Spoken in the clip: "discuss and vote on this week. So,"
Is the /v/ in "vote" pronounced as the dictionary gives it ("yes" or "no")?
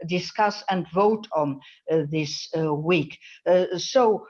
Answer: yes